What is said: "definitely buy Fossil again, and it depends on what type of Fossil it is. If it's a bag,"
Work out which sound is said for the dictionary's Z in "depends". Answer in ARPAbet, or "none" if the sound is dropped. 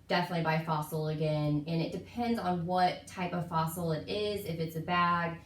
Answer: Z